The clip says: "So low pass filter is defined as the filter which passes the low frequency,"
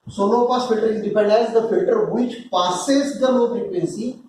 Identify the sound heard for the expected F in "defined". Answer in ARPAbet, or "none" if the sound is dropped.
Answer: P